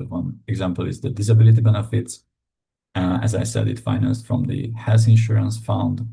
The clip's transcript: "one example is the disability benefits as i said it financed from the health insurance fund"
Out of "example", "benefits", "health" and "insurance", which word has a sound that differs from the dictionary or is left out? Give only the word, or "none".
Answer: health